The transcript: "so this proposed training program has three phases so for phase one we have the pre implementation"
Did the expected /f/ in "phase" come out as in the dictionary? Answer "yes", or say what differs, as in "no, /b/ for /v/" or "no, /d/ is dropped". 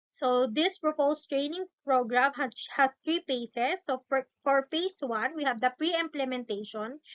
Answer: no, /p/ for /f/